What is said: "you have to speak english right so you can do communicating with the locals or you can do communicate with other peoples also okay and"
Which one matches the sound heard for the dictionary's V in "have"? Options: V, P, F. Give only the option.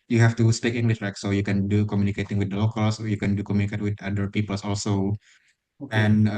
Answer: F